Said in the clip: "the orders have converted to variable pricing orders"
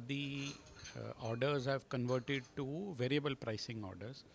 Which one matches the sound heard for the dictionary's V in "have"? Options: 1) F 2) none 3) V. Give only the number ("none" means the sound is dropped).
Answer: 3